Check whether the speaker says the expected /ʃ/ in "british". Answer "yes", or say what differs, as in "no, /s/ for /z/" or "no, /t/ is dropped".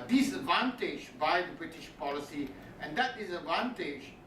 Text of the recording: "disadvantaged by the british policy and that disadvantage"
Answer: yes